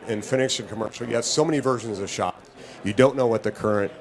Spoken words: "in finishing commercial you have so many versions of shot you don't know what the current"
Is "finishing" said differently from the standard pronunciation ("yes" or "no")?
yes